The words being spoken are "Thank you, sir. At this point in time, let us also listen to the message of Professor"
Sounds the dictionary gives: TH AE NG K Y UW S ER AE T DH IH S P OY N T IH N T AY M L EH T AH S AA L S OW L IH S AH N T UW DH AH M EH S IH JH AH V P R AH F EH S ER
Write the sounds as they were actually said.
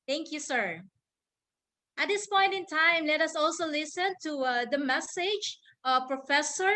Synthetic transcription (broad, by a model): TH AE NG K Y UW S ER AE T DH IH S P OY N T IH N T AY M L EH T AH S AA L S OW L IH S AH N T UW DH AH M EH S IH JH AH P R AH F EH S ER